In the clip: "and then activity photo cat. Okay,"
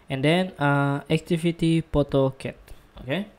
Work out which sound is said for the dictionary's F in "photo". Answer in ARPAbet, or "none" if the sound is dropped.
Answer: P